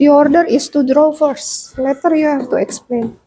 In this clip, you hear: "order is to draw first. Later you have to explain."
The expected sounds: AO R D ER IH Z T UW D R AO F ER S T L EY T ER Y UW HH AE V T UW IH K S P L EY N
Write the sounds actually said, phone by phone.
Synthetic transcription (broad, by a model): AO R D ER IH S T UW D R AO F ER S L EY T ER Y UW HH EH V T UW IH K S P L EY N